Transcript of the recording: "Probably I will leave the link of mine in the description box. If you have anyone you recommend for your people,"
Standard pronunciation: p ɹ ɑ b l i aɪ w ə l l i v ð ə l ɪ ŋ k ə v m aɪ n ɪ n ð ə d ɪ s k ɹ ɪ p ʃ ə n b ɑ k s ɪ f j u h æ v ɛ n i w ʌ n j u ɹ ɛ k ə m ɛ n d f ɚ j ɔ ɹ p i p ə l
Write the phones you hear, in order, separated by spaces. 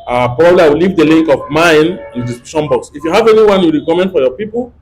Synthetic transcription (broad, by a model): p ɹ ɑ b l i aɪ w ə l l i v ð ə l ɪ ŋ k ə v m aɪ n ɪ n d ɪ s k ɪ ʃ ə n b ɑ k s ɪ f j u h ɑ v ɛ n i w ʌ n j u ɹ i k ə m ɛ n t f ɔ j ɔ p i p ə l